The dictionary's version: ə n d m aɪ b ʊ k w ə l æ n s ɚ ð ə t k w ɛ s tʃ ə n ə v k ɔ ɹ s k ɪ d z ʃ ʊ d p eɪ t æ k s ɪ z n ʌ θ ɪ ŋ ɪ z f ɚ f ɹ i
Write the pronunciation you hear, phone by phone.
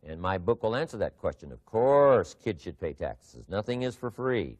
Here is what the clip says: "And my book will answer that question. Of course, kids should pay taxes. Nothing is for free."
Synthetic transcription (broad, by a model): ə n m aɪ b ʊ k w ə l æ n s ɚ ð ə t k w ɛ s tʃ ə n ə v k ɔ ɹ s k ɪ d ʃ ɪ d p eɪ t æ k s ɪ z n ʌ θ ɪ ŋ ɪ z f ɚ f ɹ i